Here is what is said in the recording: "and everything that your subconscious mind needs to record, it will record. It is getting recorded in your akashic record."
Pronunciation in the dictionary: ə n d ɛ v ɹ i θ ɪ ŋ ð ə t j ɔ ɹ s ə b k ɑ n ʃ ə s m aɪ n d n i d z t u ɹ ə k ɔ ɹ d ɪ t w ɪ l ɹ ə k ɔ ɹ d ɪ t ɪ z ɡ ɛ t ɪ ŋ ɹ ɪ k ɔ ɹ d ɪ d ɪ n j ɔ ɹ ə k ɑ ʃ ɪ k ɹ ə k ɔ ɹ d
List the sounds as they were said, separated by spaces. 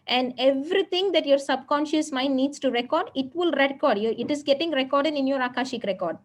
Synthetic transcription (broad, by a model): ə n d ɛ v ɹ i t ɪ ŋ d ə t j ɔ ɹ s ə b k ɑ n ʃ ə s m aɪ n d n i d s t u ɹ ə k ɔ ɹ d ɪ t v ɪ l ɹ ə k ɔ ɹ d ɪ t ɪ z ɡ ɛ t ɪ ŋ ɹ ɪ k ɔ ɹ d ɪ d ɪ n j ɔ ɹ ə k ɑ ʃ ɪ k ɹ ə k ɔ ɹ d